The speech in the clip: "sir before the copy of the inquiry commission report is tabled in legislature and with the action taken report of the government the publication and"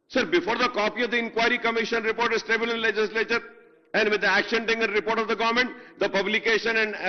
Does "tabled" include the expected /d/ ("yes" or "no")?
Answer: no